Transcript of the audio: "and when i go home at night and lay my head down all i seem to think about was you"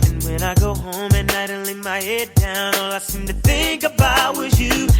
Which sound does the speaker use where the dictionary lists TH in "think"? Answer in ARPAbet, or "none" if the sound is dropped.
TH